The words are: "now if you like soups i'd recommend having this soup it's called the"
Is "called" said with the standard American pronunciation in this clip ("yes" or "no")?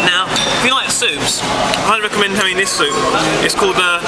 yes